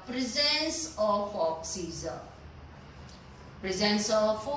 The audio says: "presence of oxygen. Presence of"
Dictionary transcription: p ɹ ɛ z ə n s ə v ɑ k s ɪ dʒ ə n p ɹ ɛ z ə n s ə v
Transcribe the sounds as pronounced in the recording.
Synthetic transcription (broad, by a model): p ɹ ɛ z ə n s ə f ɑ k s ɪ z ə p ɹ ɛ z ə n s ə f